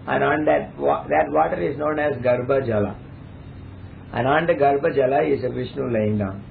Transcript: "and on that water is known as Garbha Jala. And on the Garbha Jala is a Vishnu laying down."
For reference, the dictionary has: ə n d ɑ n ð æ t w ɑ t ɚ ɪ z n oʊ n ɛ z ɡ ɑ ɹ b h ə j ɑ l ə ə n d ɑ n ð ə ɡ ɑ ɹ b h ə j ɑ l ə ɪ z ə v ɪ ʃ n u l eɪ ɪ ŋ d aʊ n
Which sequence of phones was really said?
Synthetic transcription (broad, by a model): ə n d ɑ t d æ t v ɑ t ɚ ɪ z n oʊ n ɛ z ɡ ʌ ɹ b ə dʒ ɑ l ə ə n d ɑ n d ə ɡ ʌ ɹ b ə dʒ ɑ l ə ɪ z ə v ɪ ʃ n u l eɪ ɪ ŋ d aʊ n